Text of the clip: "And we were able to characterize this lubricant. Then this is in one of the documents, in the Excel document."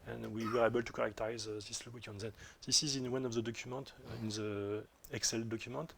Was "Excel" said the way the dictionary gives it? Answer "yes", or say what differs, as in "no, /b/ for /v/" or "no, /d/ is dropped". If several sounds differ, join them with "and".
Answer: yes